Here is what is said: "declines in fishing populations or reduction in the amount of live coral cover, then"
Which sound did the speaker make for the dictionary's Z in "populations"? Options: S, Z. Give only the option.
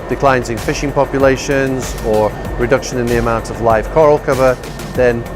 Z